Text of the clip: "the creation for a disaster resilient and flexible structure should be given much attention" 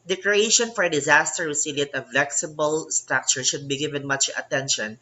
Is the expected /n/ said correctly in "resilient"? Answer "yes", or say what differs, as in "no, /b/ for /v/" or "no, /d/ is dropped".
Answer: no, /n/ is dropped